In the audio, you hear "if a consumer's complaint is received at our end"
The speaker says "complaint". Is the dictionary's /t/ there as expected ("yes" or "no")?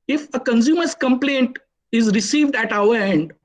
yes